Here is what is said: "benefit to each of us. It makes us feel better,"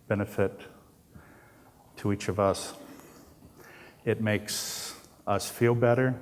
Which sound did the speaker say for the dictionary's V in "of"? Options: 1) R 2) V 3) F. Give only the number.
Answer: 2